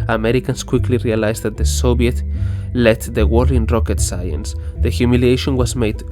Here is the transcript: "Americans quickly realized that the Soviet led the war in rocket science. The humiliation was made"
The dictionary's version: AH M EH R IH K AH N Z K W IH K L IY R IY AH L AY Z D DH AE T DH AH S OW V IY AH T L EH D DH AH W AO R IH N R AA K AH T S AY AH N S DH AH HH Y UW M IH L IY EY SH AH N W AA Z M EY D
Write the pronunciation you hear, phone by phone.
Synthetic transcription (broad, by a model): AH M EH R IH K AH N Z K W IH K L IY R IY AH L AY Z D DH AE T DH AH S OW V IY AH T L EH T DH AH W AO L IH N R AA K AH T S AY AH N S DH AH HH Y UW M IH L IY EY SH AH N W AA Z M EY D